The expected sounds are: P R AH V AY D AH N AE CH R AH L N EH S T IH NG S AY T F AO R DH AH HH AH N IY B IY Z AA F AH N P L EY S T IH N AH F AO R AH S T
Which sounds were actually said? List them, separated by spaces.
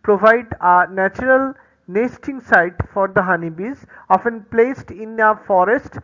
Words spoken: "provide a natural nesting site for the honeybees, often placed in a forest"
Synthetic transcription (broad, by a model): P R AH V AY D AH N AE CH R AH L N EH S T IH NG S AY T F AO R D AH HH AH N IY B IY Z AA F AH N P L EY S T IH N AH F AO R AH S T